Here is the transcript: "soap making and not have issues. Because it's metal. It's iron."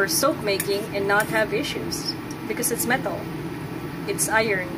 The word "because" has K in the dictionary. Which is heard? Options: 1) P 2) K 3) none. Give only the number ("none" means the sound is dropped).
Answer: 2